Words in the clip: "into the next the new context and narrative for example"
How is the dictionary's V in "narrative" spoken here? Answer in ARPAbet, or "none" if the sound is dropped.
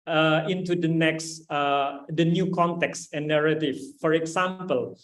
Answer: F